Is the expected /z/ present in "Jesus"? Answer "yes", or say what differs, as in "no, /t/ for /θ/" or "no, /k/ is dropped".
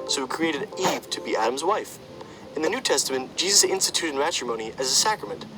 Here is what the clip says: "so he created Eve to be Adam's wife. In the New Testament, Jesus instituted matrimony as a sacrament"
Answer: yes